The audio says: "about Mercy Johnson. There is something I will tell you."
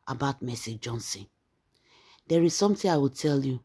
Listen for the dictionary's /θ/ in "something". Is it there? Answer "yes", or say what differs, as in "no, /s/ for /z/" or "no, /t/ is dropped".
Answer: no, /t/ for /θ/